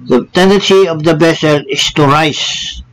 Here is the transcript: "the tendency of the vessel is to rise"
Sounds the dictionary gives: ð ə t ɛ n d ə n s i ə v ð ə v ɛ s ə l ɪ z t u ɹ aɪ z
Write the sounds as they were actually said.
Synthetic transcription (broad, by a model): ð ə t ɛ n d ə n s i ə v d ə b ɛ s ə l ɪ s t u ɹ aɪ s